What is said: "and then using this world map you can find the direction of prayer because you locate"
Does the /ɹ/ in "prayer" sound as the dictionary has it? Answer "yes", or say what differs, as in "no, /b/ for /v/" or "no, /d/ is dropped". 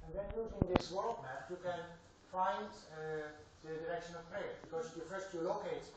no, /ɹ/ is dropped